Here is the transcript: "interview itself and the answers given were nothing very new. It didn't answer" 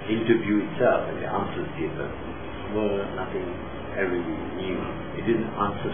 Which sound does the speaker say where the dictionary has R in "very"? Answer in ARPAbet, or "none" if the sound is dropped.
W